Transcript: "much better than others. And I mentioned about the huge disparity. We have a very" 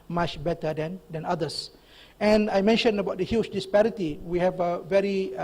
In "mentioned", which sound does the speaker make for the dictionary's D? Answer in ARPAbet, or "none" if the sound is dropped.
none